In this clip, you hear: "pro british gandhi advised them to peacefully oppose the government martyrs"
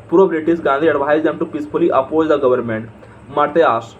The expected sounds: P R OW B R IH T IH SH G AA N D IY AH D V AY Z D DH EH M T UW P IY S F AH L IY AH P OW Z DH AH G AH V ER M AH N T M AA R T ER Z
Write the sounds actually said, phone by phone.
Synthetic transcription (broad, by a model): P R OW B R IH T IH S G AA N D IY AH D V AY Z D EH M T UW P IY S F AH L IY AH P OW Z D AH G AH V ER M AH N T M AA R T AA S